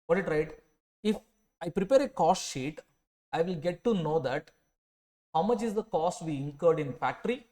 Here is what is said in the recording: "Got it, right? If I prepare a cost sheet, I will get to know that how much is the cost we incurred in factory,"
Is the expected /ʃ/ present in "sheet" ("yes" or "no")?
yes